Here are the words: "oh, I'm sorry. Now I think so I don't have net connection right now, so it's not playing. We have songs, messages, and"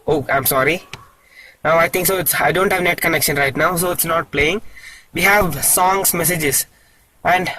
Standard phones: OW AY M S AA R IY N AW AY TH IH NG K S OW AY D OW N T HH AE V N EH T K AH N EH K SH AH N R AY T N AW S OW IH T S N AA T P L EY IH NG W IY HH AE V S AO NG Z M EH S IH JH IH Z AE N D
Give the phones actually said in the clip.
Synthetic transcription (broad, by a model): OW AY M S AA R IY N AW AY T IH NG K S OW AY D OW N T HH AE V N EH T K AH N EH K SH AH N R AY T N AW S OW IH T S N AA T P L EY IH NG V IY HH AE V S AO NG S M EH S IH JH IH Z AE N D